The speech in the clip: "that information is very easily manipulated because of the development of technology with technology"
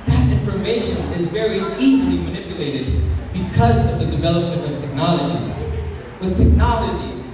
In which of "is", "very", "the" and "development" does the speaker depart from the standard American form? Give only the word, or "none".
none